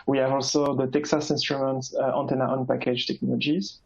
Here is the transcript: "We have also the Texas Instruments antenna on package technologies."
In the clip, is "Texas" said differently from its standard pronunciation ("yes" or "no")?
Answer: no